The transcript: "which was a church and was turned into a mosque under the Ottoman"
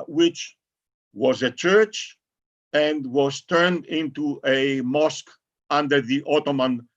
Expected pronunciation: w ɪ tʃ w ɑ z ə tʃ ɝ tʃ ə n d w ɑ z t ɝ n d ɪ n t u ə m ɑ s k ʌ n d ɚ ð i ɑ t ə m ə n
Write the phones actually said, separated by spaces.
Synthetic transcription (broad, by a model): w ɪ tʃ w ɑ z ə tʃ ɝ tʃ ə n d w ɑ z t ɝ n d ɪ n t u ə m ɑ s k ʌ n d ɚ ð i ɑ t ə m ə n